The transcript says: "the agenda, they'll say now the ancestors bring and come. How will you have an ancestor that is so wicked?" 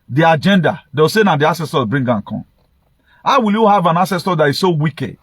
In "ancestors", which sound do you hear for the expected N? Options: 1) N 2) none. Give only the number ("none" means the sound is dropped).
2